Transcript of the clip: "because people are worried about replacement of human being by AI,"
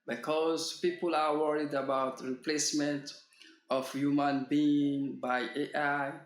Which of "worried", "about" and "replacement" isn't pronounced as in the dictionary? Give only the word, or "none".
none